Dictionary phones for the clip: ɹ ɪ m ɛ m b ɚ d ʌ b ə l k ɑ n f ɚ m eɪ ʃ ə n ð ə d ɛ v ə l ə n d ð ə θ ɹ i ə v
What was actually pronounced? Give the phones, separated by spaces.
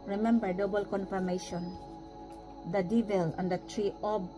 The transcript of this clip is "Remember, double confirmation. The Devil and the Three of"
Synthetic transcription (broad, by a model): ɹ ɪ m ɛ m b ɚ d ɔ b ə l k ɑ n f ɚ m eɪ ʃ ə n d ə d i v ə l ə n d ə t ɹ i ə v